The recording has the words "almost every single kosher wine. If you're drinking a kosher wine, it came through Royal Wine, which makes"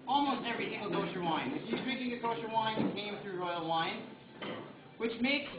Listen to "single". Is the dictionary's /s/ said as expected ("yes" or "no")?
no